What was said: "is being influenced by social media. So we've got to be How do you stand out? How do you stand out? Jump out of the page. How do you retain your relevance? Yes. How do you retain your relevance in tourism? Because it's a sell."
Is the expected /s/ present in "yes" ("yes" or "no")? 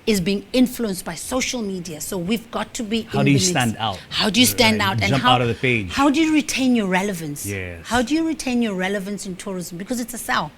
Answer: no